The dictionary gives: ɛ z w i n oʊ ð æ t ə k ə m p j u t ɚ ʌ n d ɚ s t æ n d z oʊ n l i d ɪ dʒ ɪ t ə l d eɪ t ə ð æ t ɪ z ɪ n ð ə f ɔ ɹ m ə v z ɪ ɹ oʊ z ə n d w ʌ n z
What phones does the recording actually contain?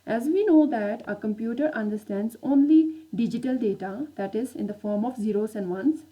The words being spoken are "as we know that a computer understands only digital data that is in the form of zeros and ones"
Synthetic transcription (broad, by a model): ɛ z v i n oʊ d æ t ə k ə m p j u t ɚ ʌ n d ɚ s t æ n d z oʊ n l i d ɪ dʒ ɪ t ə l d eɪ t ə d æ t ɪ z ɪ n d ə f ɔ ɹ m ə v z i ɹ oʊ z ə n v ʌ n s